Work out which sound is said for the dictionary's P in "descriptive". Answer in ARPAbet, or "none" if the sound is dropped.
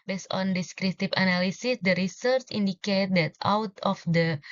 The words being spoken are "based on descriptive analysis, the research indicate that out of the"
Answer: none